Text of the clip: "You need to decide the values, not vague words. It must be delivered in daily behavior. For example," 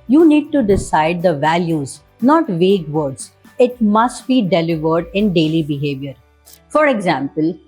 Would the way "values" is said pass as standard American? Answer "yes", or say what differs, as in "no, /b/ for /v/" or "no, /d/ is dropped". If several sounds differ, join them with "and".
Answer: yes